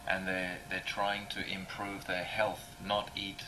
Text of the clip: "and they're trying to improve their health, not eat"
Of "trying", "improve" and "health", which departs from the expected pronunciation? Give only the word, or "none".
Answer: none